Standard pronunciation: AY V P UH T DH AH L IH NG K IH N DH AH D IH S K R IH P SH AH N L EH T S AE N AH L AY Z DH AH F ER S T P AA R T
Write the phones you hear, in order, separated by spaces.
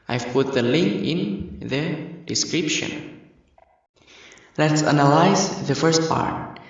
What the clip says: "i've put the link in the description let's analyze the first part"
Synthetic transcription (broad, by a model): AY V P UH T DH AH L IH NG K IH N DH AH D IH S K R IH P SH AH N L EH T S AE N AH L AY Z DH AH F ER S T P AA R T